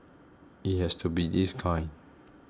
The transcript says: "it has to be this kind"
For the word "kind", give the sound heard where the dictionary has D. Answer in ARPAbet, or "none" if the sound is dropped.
none